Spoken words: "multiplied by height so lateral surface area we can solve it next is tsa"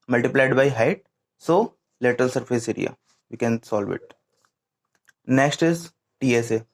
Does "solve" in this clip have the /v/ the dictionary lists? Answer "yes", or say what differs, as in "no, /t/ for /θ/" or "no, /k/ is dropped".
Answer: yes